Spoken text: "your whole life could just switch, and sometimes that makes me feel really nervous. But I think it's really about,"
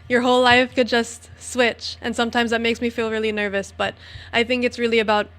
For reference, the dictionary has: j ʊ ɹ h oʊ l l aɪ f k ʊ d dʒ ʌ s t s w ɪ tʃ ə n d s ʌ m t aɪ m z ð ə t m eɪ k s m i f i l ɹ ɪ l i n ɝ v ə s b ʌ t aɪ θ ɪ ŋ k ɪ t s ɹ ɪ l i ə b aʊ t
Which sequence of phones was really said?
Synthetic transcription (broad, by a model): j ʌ ɹ h oʊ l l aɪ f k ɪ d dʒ ʌ s t s w ɪ tʃ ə n s ʌ m t aɪ m z ð ə t m eɪ k s m i f i l ɹ ɪ l i n ɝ v ə s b ʌ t aɪ θ ɪ ŋ k ɪ t s ɹ ɪ l i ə b aʊ t